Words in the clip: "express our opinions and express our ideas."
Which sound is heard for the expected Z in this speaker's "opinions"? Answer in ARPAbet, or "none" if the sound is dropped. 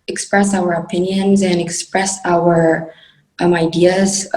Z